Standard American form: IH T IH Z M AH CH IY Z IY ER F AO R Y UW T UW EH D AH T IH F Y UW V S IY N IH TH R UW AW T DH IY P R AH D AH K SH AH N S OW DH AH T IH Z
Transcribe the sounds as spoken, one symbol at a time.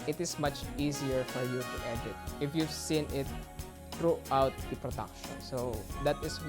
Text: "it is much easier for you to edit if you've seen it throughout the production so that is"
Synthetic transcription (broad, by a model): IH T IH S M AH CH IY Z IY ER F AO R Y UW T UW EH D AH T IH F Y UW V S IY N IH T R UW AW T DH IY P R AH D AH K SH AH N S OW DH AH T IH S